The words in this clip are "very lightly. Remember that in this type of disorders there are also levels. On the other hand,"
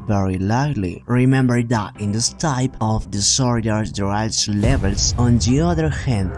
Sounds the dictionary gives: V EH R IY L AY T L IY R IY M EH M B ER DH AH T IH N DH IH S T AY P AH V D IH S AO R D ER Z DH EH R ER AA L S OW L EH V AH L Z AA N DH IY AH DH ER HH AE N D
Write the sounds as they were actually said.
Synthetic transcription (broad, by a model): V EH R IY L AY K L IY R IY M EH M B ER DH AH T IH N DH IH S T AY P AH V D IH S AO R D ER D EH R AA S L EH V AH L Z AA N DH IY AH DH ER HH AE N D